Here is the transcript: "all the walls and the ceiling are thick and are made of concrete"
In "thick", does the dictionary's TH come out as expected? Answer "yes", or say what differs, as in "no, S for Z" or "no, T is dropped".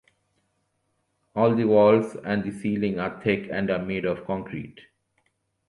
no, T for TH